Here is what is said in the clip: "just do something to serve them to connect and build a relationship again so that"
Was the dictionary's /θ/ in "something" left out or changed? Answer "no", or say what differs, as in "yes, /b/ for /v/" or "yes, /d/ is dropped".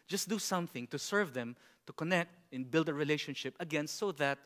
no